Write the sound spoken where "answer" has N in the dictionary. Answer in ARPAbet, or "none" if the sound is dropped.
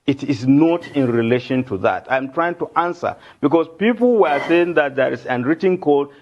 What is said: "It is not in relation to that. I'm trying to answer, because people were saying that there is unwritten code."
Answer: N